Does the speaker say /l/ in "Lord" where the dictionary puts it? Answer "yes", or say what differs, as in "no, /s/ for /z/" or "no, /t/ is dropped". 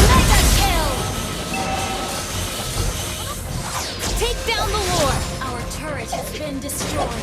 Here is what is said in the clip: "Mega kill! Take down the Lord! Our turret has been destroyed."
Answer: no, /w/ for /l/